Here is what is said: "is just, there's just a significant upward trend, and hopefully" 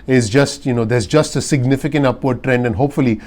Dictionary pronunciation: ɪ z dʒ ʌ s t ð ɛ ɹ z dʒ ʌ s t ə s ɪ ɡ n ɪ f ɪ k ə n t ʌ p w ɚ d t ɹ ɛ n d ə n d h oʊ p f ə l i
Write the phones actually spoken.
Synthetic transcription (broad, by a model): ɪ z dʒ ʌ s t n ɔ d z dʒ ʌ s t ə s ɪ ɡ n ɪ f ɪ k ə n t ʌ p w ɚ d t ɹ ɛ n d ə n h oʊ p f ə l i